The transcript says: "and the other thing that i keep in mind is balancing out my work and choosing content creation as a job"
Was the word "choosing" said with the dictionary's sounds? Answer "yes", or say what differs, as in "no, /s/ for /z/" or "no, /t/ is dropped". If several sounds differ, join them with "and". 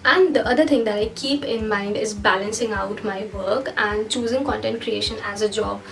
yes